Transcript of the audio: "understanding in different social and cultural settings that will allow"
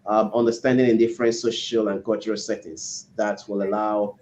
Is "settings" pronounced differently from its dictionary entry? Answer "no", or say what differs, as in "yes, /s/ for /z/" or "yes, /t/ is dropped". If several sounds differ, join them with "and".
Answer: yes, /ŋ/ is dropped